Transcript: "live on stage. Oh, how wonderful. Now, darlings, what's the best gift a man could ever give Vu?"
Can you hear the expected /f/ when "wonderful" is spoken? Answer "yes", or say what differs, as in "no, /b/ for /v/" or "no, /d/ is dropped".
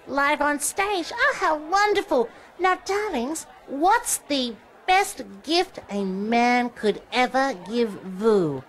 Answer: yes